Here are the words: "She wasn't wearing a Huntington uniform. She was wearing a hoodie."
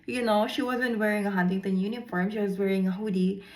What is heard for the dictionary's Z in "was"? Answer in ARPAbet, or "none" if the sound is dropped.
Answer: Z